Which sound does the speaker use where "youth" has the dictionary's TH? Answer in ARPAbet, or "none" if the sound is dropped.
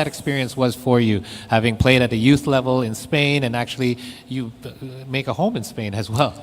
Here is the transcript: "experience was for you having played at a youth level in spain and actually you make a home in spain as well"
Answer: TH